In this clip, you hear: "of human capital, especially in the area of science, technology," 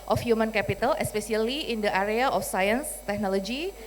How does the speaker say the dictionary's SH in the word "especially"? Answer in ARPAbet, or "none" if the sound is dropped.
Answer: S